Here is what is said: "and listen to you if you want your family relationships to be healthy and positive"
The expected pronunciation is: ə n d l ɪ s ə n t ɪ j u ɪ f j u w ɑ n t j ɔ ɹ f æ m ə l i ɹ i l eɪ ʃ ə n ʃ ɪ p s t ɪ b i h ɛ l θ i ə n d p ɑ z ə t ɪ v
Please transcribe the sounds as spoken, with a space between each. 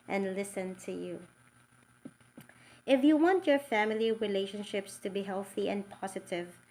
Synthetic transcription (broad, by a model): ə n d l ɪ s ə n t ɪ j u ɪ f j u w ɑ n t j ɔ ɹ f æ m ə l i ɹ i l eɪ ʃ ə n ʃ ɪ p s t ɪ b i h ɛ l θ i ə n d p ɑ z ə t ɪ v